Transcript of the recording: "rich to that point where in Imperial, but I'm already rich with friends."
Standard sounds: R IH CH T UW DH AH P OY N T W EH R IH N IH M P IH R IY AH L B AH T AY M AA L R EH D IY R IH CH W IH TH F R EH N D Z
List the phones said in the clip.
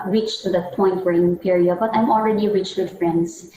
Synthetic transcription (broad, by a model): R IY CH T UW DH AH P OY N T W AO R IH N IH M P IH R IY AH B AH T AY M AA L R EH D IY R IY CH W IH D F R EH N D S